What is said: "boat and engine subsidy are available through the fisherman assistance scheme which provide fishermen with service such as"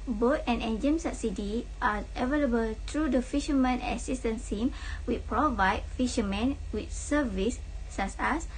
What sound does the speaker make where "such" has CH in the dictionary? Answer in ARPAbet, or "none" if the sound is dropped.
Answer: S